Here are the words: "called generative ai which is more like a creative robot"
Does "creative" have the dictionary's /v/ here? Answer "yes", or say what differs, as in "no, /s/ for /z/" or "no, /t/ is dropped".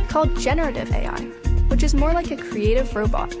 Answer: yes